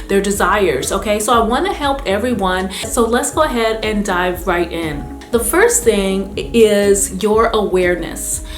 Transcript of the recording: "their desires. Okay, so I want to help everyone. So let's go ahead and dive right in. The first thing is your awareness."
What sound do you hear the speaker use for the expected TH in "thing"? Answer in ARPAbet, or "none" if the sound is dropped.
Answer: TH